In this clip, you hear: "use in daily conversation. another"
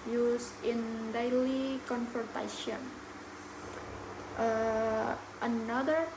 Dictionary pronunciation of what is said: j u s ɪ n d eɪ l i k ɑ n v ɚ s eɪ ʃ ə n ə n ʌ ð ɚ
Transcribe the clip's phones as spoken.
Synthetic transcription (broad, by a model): j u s ɪ n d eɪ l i k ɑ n f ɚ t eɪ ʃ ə n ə n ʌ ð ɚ